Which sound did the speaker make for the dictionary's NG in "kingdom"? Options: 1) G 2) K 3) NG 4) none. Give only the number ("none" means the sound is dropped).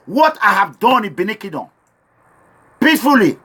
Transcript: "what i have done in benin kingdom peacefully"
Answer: 4